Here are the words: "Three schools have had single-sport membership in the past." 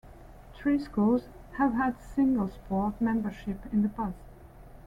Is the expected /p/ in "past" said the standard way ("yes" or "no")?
no